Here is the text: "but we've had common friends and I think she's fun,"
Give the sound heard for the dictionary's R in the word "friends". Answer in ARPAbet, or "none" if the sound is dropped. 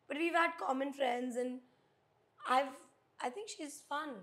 R